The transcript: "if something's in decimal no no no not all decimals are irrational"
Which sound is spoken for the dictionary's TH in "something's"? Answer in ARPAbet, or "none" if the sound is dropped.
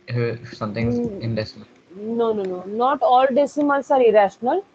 T